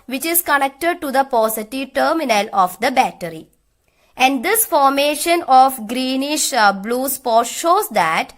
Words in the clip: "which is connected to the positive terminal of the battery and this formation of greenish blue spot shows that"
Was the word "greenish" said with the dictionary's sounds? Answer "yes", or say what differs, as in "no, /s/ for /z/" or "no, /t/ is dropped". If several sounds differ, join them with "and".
yes